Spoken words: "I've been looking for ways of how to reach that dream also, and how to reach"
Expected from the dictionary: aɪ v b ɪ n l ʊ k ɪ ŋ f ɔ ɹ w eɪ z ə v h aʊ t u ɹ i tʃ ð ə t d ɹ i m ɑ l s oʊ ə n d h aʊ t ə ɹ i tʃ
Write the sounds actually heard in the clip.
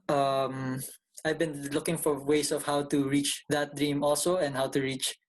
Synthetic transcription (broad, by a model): aɪ v b ɪ n l ʊ k ɪ ŋ f ɔ ɹ w eɪ s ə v h aʊ t u ɹ i tʃ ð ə t d ɹ i m ɑ l s oʊ ə n d h aʊ t ə ɹ i tʃ